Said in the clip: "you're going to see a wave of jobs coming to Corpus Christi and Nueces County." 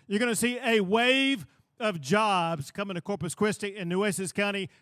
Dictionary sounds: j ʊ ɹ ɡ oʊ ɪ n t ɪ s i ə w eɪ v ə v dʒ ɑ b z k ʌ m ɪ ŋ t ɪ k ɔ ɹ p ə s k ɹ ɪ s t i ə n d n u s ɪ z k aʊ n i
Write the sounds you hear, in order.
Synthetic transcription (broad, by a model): j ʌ ɹ ɡ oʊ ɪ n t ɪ s i ə w eɪ v ə v dʒ ɑ b z k ʌ m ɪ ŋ t ɪ k ɔ ɹ p ə s k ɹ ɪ s t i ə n n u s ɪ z k aʊ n i